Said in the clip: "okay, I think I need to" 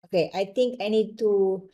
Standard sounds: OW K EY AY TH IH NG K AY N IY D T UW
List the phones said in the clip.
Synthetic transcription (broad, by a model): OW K EY AY T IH NG K AY N IY D T UW